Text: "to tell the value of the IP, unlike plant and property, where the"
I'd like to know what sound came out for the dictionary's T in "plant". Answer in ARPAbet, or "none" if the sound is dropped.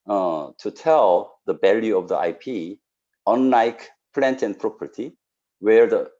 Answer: T